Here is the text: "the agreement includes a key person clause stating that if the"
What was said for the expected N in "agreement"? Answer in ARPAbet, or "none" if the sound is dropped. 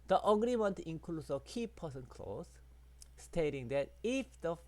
N